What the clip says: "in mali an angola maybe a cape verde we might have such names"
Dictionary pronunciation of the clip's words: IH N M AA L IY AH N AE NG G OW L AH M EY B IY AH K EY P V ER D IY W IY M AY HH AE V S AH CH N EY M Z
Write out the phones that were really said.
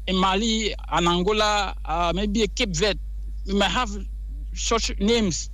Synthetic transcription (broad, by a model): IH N M AA L IY AH N AE NG G OW L AH M EY B IY AH K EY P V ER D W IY M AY HH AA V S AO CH N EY M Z